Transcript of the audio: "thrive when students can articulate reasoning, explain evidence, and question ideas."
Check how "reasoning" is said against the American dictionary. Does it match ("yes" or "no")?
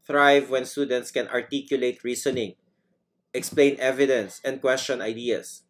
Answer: no